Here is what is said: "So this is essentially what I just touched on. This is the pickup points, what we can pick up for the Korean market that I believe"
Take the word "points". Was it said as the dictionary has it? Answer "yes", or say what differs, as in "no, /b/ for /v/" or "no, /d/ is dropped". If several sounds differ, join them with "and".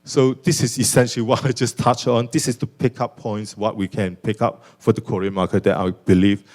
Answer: yes